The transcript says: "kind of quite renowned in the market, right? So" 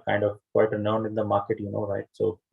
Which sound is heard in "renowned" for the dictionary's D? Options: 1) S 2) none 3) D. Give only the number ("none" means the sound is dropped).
3